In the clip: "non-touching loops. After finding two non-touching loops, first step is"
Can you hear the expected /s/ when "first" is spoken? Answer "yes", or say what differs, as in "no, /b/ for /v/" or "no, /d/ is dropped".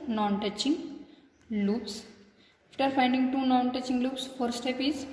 no, /s/ is dropped